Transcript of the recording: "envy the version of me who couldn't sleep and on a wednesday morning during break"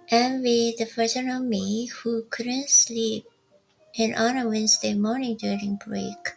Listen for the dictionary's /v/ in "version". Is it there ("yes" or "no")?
no